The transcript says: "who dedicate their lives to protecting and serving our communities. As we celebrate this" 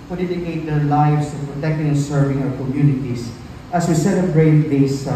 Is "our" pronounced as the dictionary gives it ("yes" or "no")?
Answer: no